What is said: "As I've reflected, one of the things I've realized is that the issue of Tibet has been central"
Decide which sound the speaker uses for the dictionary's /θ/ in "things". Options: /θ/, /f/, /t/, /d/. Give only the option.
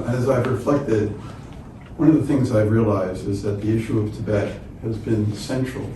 /θ/